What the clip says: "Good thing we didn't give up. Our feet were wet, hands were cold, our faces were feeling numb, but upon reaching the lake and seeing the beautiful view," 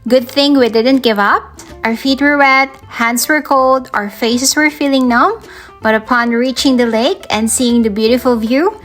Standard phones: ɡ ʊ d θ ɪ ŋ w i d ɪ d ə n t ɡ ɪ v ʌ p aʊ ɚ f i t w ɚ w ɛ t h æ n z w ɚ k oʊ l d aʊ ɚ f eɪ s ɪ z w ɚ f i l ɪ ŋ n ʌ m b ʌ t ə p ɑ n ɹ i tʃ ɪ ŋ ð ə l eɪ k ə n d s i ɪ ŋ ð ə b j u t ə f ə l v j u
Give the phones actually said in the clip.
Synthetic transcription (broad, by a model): ɡ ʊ d θ ɪ ŋ w i d ɪ d ə n t ɡ ɪ v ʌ p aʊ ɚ f i t w ɚ w ɛ t h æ n s w ɚ k oʊ l d aʊ ɚ f eɪ s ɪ s w ɚ f i l ɪ ŋ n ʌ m b ʌ t ə p ɑ n ɹ i tʃ ɪ ŋ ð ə l eɪ k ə n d s i ɪ ŋ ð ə b j u t ə f ə l v j u